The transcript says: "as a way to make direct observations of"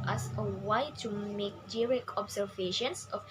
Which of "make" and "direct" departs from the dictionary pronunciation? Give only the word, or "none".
direct